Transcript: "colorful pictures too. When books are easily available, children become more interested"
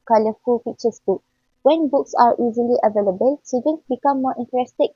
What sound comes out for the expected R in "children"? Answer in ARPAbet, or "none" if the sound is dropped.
none